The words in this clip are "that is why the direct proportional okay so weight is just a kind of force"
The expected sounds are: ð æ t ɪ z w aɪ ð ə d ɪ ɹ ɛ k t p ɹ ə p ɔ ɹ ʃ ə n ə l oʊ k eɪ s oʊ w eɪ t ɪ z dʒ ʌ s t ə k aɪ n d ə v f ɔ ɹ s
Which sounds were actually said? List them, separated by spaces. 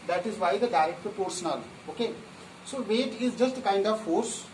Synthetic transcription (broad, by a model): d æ t ɪ z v aɪ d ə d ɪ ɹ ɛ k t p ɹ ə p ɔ ɹ s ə n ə l oʊ k eɪ s oʊ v eɪ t ɪ z dʒ ʌ s t k aɪ n d ə v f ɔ ɹ s